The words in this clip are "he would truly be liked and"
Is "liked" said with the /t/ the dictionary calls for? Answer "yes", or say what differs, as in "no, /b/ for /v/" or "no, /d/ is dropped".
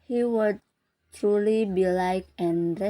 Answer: no, /t/ is dropped